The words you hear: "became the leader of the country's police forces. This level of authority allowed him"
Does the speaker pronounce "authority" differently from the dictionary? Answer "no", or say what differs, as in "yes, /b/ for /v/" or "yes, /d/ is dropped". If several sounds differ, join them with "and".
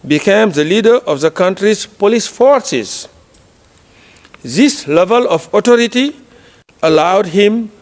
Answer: yes, /t/ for /θ/